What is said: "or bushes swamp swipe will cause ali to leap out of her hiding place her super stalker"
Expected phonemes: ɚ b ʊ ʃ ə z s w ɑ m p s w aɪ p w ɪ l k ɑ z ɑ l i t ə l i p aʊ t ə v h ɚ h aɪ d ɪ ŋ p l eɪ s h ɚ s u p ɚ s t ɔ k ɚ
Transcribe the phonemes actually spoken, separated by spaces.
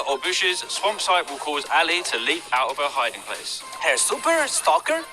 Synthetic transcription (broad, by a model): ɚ b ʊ ʃ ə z s w ɑ m p s aɪ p w ɪ l k ɑ z ɑ l i t ə l i p aʊ t ə v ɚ h aɪ d ɪ ŋ p l eɪ s h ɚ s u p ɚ s t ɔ k ɚ